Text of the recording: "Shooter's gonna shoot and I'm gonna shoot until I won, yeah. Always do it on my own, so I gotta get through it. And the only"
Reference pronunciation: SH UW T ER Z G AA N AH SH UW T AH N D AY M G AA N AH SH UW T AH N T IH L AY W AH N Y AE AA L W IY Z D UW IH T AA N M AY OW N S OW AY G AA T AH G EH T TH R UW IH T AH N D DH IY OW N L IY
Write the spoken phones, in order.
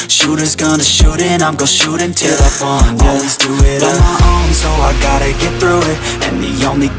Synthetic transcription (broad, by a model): SH UW T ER Z G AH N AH SH UW T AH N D AY M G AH SH UW T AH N T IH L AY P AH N AA L W IY Z D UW IH T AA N M AY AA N S OW AY G AA T AH G EH T TH R UW IH T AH N DH IY OW N L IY